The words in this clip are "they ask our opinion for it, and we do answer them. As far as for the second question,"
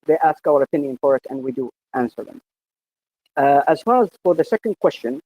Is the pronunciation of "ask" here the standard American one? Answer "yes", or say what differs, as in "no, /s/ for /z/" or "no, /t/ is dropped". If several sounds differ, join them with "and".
yes